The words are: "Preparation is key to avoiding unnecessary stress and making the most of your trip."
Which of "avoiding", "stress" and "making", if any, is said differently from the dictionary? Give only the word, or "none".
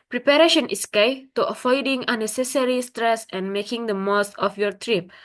avoiding